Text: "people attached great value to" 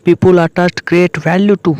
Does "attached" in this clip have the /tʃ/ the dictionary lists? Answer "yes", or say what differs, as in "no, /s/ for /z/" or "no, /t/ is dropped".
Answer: no, /s/ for /tʃ/